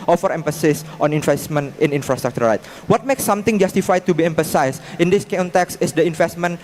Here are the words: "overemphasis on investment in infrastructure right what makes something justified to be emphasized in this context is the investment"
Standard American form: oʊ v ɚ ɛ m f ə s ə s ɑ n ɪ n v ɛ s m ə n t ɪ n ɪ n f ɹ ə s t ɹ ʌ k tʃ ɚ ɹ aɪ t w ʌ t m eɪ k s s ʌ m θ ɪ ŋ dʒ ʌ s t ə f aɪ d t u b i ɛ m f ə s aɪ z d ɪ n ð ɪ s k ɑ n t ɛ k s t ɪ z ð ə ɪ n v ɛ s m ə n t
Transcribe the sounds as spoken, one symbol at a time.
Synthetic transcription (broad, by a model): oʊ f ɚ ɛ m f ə s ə s ɑ n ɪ n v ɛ s m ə n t ɪ n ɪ n f ɹ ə s t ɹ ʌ k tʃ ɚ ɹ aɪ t w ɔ t m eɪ k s s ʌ m t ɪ ŋ dʒ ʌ s t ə f aɪ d t u b i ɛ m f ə s aɪ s ɪ n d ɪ s k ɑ n t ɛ k s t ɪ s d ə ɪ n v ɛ s m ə n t